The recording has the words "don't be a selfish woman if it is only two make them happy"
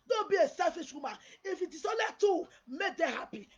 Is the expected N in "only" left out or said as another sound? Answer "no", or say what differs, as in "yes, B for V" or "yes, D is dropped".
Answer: yes, N is dropped